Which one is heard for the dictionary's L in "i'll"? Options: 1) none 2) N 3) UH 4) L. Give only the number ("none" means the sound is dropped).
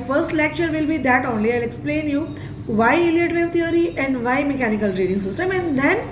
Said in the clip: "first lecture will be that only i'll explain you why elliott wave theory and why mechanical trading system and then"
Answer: 4